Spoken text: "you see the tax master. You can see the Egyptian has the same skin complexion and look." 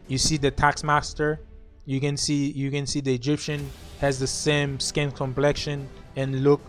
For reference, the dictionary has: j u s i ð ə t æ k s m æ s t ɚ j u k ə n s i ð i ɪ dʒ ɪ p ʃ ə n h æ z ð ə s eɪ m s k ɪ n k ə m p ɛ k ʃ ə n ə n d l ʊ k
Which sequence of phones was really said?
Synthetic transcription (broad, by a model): j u s i ð ə t æ k s m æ s t ɚ j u k ə n s i ð i ɪ dʒ ɪ p ʃ ə n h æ z ð ə s eɪ m s k ɪ n k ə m p ɛ k ʃ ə n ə n l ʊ k